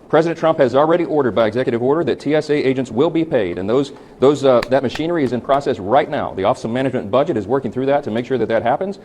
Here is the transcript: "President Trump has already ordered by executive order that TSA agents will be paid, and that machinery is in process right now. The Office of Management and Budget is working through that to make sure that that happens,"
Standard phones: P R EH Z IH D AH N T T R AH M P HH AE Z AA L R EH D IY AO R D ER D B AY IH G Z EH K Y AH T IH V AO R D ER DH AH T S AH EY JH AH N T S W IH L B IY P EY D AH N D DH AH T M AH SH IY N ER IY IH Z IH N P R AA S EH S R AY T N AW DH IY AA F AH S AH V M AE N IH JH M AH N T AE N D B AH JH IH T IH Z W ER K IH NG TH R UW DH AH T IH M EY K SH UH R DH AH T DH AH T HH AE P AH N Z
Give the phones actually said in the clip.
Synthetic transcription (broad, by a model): P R EH Z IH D N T T R AH M P HH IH Z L R EH D IY AO R D ER D B AY IH G Z EH K Y AH T IH V AO R D ER DH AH T S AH EY JH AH N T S W IH L B IY P EY D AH N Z DH AH T M AH SH IY N ER IY IH Z IH N P R AA S EH S R AY T N AW DH IY AA F AH S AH M AE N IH JH M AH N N B AH JH IH T IH Z W ER K IH NG TH R UW DH AH T IH M EY K SH UH R DH AH T DH AH T HH AE P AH N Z